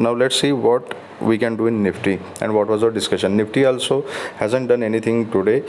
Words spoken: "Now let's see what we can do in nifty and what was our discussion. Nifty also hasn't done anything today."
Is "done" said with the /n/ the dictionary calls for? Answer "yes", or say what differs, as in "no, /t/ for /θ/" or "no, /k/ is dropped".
yes